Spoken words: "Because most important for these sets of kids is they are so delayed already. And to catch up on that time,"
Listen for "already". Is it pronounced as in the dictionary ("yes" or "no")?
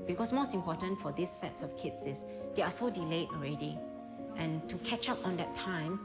yes